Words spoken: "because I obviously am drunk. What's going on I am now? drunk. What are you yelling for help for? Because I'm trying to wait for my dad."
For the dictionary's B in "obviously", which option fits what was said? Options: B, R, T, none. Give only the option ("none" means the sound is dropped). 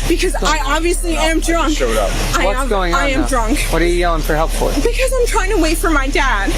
B